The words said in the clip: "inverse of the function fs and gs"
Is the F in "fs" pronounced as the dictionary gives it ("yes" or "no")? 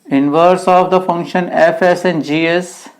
yes